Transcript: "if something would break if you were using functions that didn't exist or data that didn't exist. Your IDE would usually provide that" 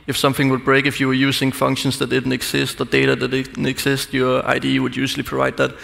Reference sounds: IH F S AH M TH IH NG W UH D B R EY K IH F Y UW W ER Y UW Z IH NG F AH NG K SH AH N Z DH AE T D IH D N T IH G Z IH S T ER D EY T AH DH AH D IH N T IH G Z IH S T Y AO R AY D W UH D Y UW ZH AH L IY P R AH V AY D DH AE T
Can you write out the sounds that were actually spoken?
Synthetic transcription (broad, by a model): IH F S AH M TH IH NG W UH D B R EY K IH F Y UW W ER Y UW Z IH NG F AH NG K SH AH N S DH AE T D IH D N T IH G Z IH S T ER D EY T AH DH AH D IH N T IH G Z IH S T Y AO R AY D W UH D Y UW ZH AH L IY P R AH V AY D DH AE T